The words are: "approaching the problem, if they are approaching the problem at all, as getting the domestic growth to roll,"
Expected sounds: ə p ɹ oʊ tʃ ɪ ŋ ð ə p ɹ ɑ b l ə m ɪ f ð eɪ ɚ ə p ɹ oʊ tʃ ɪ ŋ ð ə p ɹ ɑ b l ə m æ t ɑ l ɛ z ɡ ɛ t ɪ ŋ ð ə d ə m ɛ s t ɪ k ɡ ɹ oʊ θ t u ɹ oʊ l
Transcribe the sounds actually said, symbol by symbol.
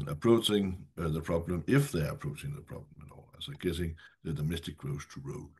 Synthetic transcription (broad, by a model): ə p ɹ oʊ tʃ ɪ ŋ ð ə p ɹ ɑ b l ə m ɪ f ð eɪ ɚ ə p ɹ oʊ tʃ ɪ ŋ ð ə p ɹ ɑ b l ə m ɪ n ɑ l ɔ ɡ ɛ t ɪ ŋ ð ə d ə m ɛ s t ɪ k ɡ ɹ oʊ s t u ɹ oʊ